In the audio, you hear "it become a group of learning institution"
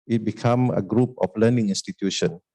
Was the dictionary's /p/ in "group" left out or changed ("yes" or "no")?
no